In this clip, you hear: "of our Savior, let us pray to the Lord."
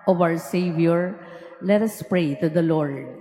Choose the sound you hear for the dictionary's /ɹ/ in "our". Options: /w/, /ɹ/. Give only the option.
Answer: /w/